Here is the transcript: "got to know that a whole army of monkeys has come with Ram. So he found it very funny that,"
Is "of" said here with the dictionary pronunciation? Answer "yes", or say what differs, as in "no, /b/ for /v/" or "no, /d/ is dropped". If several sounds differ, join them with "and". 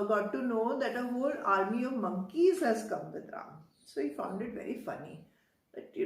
yes